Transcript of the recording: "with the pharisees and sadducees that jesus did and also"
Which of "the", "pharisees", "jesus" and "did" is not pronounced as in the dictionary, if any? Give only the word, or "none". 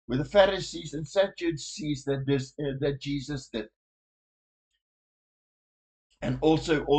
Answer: none